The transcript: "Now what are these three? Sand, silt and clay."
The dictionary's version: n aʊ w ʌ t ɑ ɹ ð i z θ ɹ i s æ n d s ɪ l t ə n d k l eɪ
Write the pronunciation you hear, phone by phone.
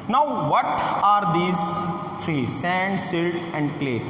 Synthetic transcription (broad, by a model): n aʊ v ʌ t ɑ ɹ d i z t ɹ i s æ n d s ɪ l t ə n d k l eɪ